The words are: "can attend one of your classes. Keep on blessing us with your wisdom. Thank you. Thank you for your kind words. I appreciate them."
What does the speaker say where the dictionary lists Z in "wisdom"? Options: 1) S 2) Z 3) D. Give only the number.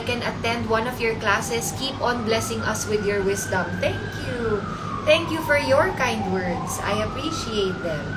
1